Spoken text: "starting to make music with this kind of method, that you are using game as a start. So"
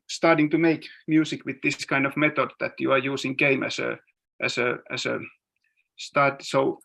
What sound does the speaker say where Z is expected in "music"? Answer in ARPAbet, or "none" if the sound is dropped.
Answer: S